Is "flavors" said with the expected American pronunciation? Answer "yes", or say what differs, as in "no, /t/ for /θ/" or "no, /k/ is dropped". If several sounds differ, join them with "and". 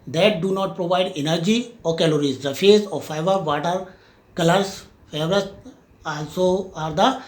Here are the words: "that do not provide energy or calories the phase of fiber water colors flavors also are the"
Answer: no, /l/ is dropped